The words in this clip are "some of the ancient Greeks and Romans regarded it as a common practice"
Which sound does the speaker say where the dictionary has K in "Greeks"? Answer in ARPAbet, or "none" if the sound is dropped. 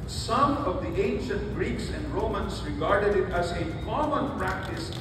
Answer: K